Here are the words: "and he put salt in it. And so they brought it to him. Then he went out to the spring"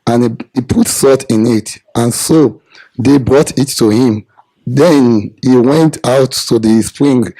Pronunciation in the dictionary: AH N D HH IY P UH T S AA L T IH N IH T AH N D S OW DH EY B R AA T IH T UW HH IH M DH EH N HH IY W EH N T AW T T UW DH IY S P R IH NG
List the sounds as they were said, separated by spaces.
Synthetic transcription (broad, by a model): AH N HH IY P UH T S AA T IH N IH T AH N S OW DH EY B R AA T IH T UW HH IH M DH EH N HH IY W EH N T AW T T UW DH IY S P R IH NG